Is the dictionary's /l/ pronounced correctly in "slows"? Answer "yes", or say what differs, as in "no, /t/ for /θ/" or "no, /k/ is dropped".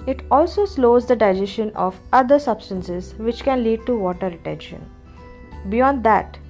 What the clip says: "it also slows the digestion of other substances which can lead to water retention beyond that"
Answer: yes